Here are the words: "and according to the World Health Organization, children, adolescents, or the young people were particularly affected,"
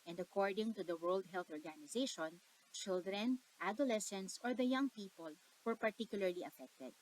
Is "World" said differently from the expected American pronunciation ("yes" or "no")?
no